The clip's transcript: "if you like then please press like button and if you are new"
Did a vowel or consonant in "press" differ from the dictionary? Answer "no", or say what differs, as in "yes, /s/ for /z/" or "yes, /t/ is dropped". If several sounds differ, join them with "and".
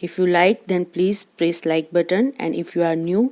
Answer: no